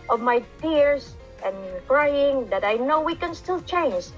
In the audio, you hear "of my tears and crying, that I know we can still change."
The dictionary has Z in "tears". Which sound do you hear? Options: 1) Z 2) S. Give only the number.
2